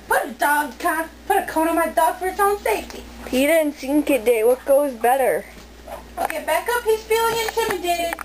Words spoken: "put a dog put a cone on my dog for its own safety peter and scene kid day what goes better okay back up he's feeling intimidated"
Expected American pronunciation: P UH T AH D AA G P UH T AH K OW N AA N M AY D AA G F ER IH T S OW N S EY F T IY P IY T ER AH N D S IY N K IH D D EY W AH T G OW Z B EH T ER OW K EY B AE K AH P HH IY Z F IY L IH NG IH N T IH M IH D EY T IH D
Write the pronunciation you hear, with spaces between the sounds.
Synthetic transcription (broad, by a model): P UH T AH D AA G P UH T AH K OW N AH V M AY D AA G F ER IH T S OW N S EY F T IY P IY T ER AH N S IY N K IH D D EY W AH T G OW Z B EH T ER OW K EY B AE K AH P HH IY Z F IY L IH NG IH N T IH M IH D EY T IH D